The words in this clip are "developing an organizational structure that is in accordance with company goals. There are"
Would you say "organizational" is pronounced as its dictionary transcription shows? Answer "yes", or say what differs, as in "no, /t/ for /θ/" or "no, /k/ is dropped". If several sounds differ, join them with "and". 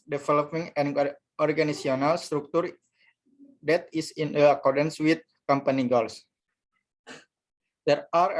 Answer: no, /s/ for /z/ and /ʃ/ is dropped